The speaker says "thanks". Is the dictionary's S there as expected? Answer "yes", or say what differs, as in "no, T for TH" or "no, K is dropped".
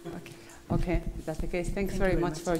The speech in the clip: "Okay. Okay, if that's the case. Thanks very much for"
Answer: yes